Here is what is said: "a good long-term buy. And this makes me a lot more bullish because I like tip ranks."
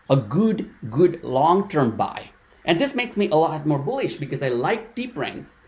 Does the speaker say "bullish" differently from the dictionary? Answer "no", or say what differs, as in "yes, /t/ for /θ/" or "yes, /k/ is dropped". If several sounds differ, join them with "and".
no